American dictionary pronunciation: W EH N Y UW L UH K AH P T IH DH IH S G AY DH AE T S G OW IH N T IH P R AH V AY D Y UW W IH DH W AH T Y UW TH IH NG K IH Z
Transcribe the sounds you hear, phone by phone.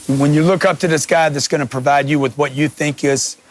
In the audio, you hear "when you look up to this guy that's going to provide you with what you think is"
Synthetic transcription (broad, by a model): W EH N Y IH L UH K AH P T IH DH IH S G AY DH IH T S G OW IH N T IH P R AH V AY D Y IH W IH DH W AH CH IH TH IH NG K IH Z